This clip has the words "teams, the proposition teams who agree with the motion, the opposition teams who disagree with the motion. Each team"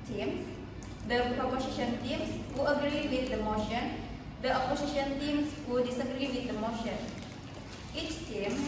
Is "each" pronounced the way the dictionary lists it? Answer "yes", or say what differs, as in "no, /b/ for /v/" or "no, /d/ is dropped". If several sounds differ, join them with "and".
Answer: yes